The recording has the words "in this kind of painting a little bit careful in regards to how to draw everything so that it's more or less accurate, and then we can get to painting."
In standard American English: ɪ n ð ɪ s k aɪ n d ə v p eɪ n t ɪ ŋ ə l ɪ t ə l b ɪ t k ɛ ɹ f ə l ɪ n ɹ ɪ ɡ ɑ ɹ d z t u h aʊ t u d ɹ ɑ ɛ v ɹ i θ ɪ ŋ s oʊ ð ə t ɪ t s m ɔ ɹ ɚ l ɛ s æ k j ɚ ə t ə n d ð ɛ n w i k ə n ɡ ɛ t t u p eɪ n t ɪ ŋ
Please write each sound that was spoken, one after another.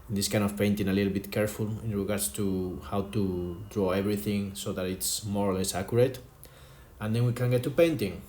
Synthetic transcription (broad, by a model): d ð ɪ s k aɪ n d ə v p eɪ n t ɪ ŋ ə l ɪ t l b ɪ t k ɛ ɹ f ə l ɪ n ɹ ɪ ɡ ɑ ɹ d s t u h aʊ t u d ɹ ɑ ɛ b ɹ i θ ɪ ŋ s oʊ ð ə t ɪ t s m ɔ ɹ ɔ l ɛ s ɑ k j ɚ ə t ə n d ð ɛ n w i k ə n ɡ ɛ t t u p eɪ n t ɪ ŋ